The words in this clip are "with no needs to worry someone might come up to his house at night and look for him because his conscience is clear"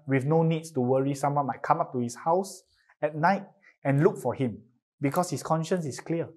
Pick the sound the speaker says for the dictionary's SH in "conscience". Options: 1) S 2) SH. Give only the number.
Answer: 2